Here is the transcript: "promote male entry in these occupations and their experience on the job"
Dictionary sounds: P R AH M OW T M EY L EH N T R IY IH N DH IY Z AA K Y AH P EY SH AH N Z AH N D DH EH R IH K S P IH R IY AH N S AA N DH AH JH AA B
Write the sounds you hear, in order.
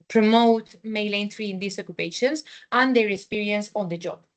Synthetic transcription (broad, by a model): P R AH M OW T M EY L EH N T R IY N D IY S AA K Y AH P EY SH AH N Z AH N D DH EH R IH K S P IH R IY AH N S AA N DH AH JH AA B